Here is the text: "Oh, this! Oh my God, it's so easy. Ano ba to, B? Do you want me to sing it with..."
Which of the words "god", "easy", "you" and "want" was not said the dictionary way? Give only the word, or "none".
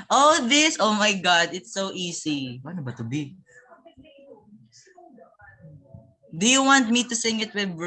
easy